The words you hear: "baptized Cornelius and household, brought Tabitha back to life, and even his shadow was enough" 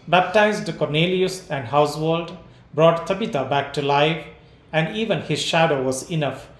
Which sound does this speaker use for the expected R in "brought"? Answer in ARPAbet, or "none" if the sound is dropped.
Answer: R